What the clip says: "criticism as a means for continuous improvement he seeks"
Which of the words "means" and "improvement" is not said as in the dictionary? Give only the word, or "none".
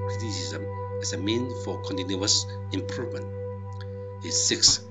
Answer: means